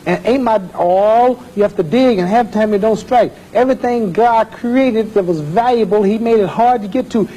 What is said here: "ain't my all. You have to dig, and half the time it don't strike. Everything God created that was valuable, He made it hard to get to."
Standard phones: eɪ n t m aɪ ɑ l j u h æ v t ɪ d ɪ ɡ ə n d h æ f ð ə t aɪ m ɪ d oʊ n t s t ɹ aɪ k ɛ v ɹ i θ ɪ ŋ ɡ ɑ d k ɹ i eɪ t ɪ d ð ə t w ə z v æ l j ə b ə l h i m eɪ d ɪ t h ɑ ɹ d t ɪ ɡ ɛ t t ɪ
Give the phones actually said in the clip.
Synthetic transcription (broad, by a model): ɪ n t m aɪ ɑ l j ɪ h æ f t ɪ d ɪ ɡ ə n h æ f t aɪ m ɪ d oʊ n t s t ɹ aɪ k ɛ v ɹ i θ ɪ ŋ ɡ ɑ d k ɹ i eɪ t ɪ d ð ə t w ə z v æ l j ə b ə l h i m eɪ d ɪ t h ɑ ɹ d t ɪ ɡ ɛ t t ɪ